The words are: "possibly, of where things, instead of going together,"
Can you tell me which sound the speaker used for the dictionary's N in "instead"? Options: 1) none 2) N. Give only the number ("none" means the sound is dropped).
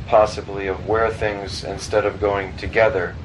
2